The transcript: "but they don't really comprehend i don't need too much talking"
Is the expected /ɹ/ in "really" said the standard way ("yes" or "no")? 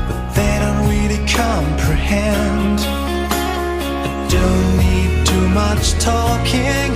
no